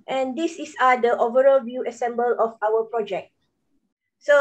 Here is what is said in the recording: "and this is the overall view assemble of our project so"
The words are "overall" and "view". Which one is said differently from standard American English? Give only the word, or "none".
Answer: none